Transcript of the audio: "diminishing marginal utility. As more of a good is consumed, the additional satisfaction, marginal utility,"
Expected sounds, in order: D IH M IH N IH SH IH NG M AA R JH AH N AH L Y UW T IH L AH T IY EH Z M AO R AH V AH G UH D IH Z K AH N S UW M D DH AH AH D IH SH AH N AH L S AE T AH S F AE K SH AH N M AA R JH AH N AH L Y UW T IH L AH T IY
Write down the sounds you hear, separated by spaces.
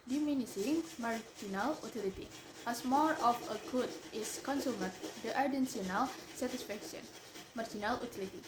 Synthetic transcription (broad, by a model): D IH M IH N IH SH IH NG M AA R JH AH N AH L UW T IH L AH T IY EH S M AO R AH F AH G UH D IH S K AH N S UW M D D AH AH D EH S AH N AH L S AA T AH S F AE K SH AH N M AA R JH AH N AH L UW T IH L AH T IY